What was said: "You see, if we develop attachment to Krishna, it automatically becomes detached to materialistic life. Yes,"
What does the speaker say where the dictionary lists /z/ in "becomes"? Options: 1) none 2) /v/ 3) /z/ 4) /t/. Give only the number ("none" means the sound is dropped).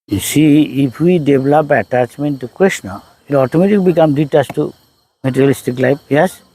1